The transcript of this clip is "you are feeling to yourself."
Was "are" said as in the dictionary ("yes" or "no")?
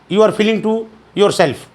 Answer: yes